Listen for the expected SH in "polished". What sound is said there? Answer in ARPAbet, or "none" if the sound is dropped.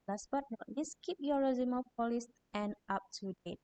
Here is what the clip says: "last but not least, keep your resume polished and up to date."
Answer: S